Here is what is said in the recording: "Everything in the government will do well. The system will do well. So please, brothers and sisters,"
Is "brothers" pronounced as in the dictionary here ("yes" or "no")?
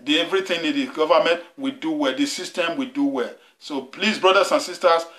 no